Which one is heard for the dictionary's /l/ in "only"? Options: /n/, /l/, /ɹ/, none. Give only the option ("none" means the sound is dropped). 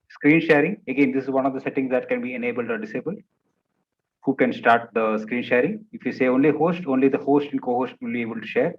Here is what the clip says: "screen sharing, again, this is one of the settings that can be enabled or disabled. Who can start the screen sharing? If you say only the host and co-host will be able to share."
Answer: /l/